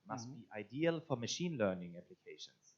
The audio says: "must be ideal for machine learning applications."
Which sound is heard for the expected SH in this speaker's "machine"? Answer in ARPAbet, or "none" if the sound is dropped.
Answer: SH